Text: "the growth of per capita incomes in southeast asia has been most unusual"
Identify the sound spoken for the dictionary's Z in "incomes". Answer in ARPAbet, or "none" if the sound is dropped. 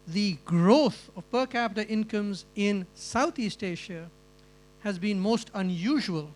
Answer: Z